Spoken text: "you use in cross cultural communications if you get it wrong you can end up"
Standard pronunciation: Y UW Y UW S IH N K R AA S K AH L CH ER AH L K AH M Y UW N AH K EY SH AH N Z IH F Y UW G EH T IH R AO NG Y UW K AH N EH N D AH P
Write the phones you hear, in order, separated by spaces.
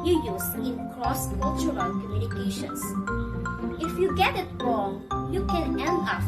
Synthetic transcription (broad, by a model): Y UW Y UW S IH N K L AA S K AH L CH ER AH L K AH M Y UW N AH K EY SH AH N S IH F Y UW G EH T IH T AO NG Y UW K AH N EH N AH